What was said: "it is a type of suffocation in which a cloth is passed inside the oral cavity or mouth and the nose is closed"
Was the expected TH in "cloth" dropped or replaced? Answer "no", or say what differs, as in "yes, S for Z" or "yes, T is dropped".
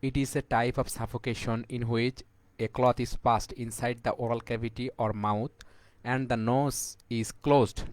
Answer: yes, T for TH